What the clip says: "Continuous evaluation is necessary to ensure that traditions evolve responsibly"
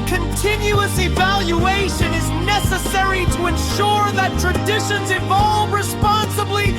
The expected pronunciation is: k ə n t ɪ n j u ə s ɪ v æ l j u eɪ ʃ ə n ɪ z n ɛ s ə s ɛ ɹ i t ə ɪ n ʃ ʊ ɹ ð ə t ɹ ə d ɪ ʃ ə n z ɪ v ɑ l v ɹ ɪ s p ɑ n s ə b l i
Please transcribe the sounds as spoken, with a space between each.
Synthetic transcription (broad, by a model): k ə n t ɪ n j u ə s ɪ v æ l j u eɪ ʃ ə n ɪ z n ɛ s ə s ɛ ɹ i t ə ɪ n ʃ ʊ ɹ ð ə t ɹ ə d ɪ ʃ ə n z ɪ v ɑ l v ɹ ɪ s p ɑ n s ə b l i